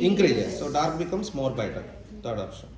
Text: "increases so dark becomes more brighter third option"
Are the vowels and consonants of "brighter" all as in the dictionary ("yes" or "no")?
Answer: no